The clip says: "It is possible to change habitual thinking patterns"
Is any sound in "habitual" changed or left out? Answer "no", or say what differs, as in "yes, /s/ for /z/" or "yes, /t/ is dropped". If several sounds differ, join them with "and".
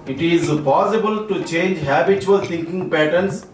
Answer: yes, /s/ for /tʃ/